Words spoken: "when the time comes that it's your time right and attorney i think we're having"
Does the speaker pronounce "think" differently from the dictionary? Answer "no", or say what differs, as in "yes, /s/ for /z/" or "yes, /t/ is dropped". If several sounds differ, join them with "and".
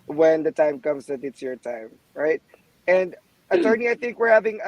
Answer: no